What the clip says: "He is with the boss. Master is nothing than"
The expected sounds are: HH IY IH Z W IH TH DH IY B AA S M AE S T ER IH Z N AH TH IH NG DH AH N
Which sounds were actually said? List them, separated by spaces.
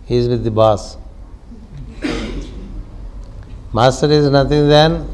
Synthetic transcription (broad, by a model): HH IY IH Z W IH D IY B AA S M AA S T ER IH Z N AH T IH NG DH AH N